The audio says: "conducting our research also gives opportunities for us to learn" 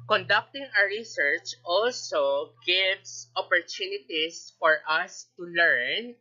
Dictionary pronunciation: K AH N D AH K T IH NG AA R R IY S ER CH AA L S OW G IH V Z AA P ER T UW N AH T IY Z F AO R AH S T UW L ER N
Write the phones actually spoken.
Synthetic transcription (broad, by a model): K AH N D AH K T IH NG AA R R IY S ER CH AA L S OW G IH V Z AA P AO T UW N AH T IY S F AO R AH S T UW L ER N